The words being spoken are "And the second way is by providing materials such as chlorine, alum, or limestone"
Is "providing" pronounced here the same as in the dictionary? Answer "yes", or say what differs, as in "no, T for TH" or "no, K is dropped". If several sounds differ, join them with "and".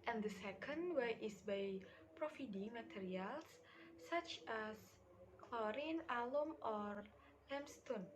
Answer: no, F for V